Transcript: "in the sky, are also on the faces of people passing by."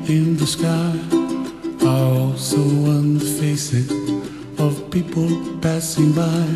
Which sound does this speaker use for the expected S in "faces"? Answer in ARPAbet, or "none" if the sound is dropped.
S